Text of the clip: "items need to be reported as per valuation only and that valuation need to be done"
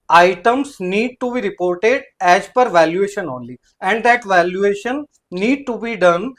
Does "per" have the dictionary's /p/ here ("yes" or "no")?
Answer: yes